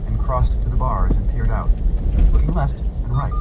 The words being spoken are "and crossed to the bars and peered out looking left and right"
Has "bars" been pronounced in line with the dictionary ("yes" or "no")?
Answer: yes